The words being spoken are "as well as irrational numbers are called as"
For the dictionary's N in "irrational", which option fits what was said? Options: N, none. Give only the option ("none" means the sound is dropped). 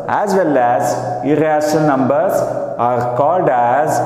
none